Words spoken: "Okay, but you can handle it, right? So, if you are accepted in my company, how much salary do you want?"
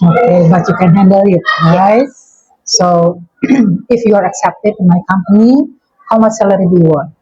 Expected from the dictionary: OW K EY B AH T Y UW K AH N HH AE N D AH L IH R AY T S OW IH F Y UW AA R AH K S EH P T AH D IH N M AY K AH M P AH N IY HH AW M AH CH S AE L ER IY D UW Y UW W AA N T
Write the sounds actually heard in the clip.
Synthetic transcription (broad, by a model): OW K EY B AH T Y UW K AH N HH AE N D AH L IH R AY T S OW IH F Y UW AA R AH K S EH P T AH D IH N M AY K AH M P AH N IY HH AW M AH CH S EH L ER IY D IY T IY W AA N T